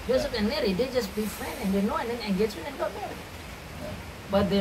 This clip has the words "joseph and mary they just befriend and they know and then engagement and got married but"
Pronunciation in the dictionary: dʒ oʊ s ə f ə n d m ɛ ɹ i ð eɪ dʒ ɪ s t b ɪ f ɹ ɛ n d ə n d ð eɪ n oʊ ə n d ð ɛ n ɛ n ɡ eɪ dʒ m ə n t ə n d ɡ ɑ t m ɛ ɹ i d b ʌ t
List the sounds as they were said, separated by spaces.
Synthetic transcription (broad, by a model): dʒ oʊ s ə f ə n m ɛ ɹ i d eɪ dʒ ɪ s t b ɪ f ɹ ɛ n d ə n d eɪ n oʊ ə n d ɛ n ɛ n ɡ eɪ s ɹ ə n ə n ɡ ɑ t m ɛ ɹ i b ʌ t